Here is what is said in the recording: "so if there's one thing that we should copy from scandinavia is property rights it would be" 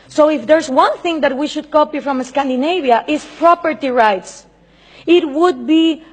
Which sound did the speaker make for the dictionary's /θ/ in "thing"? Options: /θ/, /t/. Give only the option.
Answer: /θ/